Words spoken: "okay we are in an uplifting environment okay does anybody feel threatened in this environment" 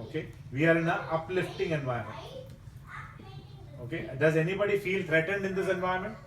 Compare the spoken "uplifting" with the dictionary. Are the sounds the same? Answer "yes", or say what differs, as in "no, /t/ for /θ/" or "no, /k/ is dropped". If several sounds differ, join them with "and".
yes